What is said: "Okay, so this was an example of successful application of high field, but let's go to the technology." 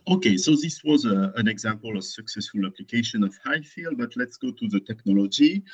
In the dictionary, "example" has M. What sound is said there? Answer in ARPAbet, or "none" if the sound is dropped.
M